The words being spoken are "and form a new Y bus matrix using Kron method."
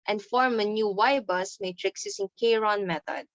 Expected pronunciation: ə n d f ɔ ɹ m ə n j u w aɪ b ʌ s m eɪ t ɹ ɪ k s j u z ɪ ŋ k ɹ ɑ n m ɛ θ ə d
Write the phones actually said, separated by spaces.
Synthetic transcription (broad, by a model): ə n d f ɔ ɹ m ə n j u w aɪ b ʌ s m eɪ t ɹ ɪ k s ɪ s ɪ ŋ k ɹ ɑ n m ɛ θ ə d